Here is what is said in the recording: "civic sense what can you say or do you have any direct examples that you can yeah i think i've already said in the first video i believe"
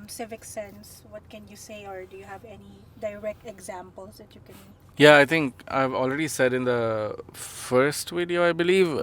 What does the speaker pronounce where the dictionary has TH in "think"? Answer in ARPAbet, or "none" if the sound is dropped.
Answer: T